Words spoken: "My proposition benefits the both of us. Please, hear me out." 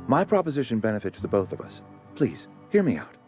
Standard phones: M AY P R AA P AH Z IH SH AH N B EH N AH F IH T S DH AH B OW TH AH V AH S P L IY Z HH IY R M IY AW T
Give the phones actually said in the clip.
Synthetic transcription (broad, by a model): M AY P R AA P AH Z IH SH AH N B EH N AH F IH T S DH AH B OW TH AH V AH S P L IY Z HH IY R M IY AW T